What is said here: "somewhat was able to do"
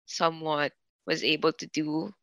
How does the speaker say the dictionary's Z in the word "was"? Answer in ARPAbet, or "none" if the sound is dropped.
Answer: Z